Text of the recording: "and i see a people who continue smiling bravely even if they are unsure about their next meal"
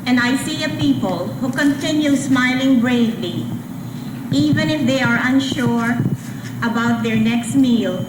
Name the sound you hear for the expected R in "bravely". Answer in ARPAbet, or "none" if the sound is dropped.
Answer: R